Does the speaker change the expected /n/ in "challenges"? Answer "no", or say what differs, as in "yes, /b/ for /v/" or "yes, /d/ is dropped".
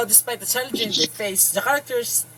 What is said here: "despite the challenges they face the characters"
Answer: yes, /n/ is dropped